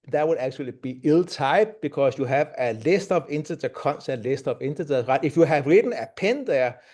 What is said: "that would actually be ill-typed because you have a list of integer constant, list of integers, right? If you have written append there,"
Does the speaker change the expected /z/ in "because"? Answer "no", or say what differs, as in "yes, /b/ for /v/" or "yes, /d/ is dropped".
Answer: yes, /s/ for /z/